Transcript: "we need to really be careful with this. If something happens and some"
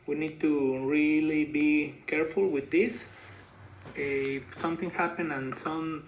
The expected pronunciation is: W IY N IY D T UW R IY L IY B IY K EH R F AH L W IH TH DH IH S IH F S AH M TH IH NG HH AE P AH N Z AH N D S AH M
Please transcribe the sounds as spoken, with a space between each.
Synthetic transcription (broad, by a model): W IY N IY D T UW R IY L IY B IY K EH R F AH L W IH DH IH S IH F S AH M TH IH NG HH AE P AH N AH N S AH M